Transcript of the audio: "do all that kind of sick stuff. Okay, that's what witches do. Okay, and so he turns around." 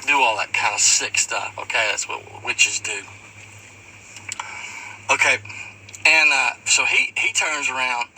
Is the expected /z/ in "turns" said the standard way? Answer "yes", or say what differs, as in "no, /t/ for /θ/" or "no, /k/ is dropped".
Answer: yes